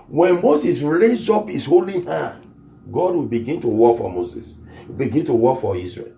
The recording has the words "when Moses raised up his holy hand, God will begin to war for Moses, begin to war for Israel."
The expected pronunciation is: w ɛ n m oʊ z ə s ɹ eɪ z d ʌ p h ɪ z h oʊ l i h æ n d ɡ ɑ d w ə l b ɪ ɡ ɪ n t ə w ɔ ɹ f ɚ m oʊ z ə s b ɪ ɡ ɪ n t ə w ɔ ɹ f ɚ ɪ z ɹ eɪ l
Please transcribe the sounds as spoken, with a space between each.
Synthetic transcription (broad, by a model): w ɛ n m oʊ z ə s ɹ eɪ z ɔ p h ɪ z h oʊ l i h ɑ ɡ ɑ d w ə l b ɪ ɡ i n t ə w ɔ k f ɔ m oʊ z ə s b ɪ ɡ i n t ə w ɔ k f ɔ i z ɹ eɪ l